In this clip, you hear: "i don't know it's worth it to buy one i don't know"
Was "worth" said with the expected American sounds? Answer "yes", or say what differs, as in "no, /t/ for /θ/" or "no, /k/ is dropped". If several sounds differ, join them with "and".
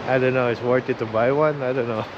no, /t/ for /θ/